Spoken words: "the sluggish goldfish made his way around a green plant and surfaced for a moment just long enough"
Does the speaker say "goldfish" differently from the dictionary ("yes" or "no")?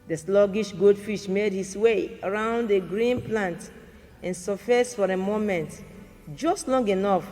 yes